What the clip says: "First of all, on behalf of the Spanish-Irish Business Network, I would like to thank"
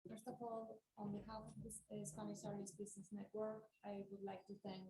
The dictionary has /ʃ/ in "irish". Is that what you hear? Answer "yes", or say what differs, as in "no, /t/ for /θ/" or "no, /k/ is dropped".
no, /s/ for /ʃ/